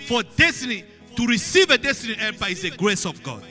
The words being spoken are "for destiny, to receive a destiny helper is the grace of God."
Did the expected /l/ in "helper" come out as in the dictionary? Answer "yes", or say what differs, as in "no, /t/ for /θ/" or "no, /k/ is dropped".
no, /l/ is dropped